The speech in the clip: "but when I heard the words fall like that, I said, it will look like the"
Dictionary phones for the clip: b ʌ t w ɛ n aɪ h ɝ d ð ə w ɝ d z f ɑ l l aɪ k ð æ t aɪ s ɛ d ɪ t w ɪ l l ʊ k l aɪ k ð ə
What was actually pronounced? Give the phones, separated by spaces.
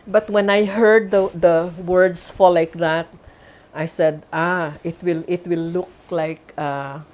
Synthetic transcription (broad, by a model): b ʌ t w ɛ n aɪ h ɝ d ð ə w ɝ d s f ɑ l l aɪ k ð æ t aɪ s ɛ d ɪ t w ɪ l l ʊ k l aɪ k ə